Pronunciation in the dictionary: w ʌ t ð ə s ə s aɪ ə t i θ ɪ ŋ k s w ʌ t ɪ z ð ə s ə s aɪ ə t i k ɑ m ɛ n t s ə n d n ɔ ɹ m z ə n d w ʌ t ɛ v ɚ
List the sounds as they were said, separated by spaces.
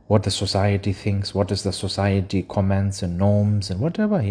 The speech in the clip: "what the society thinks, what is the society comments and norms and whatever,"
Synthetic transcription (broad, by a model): w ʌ t ð ə s ə s aɪ ə t i θ ɪ ŋ k s w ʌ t ɪ z ð ə s ə s aɪ ə t i k ɑ m ɛ n t s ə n n ɔ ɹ m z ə n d w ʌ t ɛ v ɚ